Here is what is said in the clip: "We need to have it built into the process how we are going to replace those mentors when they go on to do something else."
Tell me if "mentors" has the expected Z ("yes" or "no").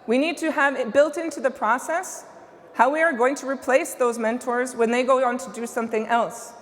yes